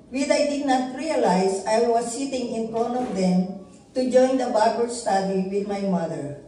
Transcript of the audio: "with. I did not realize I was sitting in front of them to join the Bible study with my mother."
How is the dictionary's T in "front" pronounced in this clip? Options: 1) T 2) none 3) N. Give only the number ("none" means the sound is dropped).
2